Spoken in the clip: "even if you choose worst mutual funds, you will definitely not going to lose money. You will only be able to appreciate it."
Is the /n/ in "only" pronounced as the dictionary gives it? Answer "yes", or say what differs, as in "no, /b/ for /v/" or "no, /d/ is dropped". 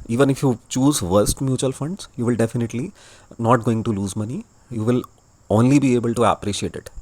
yes